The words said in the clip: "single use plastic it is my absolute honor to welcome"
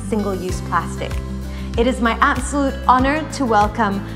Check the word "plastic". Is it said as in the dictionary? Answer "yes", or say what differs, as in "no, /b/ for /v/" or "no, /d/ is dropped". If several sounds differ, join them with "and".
yes